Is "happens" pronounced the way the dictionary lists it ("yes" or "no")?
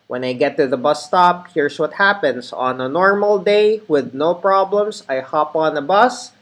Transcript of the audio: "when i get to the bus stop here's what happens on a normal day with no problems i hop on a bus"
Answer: no